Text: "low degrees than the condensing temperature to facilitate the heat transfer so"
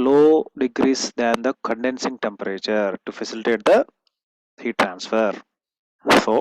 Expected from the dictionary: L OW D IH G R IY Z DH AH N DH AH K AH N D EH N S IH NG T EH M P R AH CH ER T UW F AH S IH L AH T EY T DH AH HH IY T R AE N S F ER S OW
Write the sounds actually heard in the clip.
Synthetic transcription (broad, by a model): L OW D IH G R IY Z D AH N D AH K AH N D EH N S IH NG T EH M P R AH CH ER T UW F AH S IH L AH T EY T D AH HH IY T R AE N S F ER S OW